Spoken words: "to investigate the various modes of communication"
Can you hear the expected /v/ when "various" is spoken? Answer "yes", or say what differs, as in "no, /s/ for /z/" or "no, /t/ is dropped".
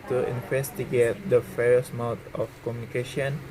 no, /f/ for /v/